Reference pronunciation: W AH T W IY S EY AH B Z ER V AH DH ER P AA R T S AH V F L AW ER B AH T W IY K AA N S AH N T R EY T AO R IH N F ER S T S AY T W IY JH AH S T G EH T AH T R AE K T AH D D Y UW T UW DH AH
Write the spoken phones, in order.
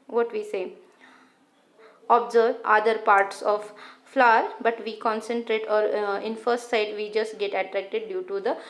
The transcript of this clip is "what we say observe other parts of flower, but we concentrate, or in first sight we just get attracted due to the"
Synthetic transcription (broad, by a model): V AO T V IY S EY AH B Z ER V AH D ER P AA R T S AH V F L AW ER B AH T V IY K AA N S AH N T R EY T AO R IH N F ER S T S AY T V IY JH AH S T G EH T AH T R AE K T AH D D Y UW T UW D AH